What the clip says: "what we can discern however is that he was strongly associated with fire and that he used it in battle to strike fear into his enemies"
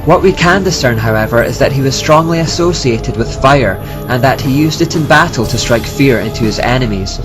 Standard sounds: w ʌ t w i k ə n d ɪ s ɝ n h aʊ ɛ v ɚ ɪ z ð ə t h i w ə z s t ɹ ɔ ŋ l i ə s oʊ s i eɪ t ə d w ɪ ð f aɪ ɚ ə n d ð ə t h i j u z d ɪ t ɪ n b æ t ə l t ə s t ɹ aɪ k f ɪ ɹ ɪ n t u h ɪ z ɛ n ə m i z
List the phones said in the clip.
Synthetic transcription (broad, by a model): w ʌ t w i k ə n d ɪ s ɝ n h aʊ ɛ v ɚ ɪ z ð ə t h i w ə z s t ɹ ɔ ŋ l i ə s oʊ s i eɪ t ə d w ɪ ð f aɪ ɚ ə n ð ə t h i j u z d ɪ t ɪ n b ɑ t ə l t ə s t ɹ aɪ k f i ɹ ɪ n t u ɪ z ɛ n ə m i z